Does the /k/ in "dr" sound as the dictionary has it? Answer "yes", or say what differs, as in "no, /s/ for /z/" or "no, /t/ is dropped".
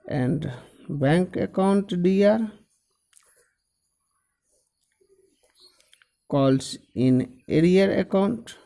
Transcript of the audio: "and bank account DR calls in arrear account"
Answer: no, /k/ is dropped